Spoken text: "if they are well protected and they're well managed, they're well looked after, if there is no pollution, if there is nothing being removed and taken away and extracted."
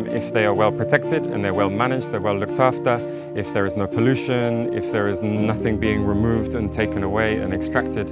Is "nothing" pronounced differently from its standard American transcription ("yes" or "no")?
no